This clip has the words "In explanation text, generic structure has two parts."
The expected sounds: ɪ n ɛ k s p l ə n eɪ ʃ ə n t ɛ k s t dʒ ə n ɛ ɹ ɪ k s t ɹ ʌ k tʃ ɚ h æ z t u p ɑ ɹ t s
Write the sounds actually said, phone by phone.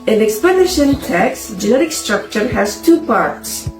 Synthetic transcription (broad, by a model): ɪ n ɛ k s p ə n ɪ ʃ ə n t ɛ k s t dʒ ə n ɛ ɹ ɪ k s t ɹ ʌ k tʃ ɚ h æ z t u p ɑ ɹ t s